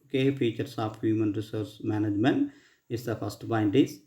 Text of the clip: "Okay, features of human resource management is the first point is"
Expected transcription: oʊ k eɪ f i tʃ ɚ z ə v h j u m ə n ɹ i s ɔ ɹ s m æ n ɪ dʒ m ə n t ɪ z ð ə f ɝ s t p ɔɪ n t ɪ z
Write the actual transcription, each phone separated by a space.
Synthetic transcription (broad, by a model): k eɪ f i tʃ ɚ s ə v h j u m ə n ɹ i s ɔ ɹ s m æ n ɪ dʒ m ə n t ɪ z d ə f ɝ s t b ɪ n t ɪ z